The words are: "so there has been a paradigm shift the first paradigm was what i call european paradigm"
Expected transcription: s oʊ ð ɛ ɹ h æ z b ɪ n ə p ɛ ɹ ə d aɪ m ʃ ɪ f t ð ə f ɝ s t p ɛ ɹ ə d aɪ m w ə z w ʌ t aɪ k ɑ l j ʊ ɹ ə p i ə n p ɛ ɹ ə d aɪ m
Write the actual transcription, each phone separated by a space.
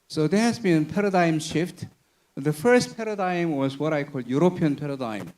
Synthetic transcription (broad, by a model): s oʊ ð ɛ h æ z b ɪ n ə p ɛ ɹ ə d aɪ m ʃ ɪ f t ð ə f ɝ s t p ɛ ɹ ə d aɪ m w ə z w ʌ t aɪ k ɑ l j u ɹ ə p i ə n p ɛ ɹ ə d aɪ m